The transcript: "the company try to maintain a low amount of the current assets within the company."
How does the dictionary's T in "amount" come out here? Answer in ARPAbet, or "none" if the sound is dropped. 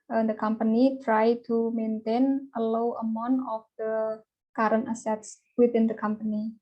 none